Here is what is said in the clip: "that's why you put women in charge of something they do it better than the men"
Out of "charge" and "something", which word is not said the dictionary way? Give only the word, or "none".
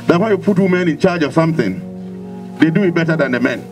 none